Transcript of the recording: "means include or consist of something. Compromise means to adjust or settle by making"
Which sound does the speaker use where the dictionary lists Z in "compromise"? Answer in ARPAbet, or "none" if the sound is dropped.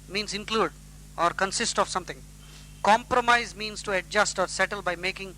Z